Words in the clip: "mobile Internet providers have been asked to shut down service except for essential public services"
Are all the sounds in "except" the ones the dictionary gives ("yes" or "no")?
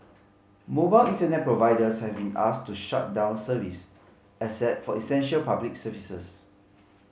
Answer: no